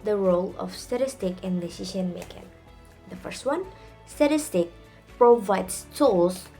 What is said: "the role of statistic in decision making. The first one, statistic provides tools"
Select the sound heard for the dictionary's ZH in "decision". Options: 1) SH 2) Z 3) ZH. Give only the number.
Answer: 1